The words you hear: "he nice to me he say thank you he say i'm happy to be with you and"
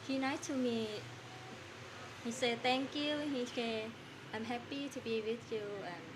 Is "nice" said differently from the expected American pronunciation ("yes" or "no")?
yes